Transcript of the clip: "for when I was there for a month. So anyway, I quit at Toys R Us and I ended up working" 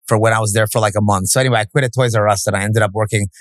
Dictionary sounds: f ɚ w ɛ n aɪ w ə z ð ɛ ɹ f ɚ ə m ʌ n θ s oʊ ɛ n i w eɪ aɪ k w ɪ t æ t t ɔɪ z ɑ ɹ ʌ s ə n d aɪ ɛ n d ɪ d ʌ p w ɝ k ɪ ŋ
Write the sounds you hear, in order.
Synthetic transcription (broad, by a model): f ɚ w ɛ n aɪ w ə z ð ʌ ɹ f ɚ ə m ʌ n θ s oʊ ɛ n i w eɪ aɪ k w ɪ t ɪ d t ɔɪ z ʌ ɹ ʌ s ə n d aɪ ɛ n d ɪ d ʌ p w ɝ k ɪ ŋ